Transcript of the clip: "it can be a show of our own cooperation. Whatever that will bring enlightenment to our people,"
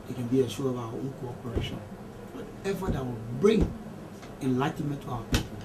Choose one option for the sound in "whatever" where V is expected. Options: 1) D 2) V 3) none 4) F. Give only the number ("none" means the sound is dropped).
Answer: 4